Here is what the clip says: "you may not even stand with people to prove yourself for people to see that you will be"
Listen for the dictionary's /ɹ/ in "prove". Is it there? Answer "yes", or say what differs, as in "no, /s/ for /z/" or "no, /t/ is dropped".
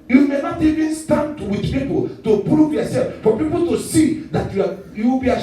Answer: yes